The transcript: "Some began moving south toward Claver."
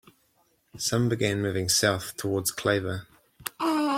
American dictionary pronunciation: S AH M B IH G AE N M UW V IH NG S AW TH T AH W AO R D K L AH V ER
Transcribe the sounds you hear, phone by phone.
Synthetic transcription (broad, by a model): S AH M B IH G AE N M UW V IH NG S AW TH T AH W AO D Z K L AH V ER